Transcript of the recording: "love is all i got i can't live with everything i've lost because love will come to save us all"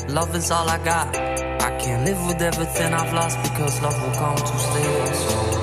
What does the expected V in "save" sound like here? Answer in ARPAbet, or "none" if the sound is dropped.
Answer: none